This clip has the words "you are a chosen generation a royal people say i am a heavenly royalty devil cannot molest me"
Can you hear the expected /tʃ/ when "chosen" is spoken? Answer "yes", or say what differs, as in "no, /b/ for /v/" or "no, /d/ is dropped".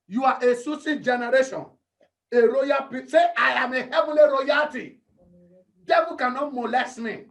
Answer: no, /s/ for /tʃ/